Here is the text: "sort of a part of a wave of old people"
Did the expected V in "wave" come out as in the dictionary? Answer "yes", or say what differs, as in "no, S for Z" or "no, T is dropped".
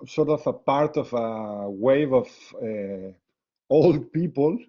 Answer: yes